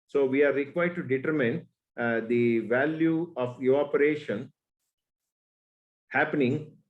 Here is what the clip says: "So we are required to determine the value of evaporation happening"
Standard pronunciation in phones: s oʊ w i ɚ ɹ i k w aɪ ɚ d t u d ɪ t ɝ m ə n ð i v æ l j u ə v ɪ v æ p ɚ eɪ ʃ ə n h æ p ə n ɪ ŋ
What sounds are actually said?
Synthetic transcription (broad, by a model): s oʊ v i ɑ ɹ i k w aɪ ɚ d t u d ɪ t ɝ m ə n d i v æ l j u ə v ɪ ɔ p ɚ eɪ ʃ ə n h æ p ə n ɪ ŋ